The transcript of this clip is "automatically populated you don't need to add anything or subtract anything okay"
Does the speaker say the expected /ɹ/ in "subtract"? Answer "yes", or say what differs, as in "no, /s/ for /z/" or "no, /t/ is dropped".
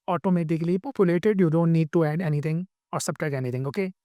no, /ɹ/ is dropped